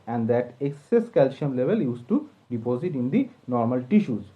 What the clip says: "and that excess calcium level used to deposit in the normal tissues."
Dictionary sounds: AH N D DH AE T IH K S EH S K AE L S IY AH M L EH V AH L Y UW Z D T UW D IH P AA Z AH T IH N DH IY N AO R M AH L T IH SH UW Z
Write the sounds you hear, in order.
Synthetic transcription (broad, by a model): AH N D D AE T IH K S EH S K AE L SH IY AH M L EH V AH L Y UW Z T UW D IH P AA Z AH T IH N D IY N AO R M AH L T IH SH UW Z